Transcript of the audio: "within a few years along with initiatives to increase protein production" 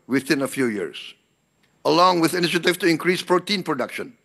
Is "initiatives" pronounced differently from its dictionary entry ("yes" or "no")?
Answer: yes